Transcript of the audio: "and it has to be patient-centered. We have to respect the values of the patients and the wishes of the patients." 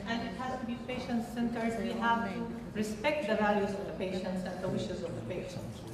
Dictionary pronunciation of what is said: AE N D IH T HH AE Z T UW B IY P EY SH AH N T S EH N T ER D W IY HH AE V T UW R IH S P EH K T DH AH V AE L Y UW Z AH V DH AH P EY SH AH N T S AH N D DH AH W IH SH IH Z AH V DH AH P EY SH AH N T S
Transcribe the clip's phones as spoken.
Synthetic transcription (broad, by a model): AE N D IH T HH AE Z T UW B IY P EY SH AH N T S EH N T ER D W IY HH AE V T UW R IH S P EH K T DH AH V AE L Y UW Z AH V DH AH P EY SH AH N T S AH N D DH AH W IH SH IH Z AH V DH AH P EY SH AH N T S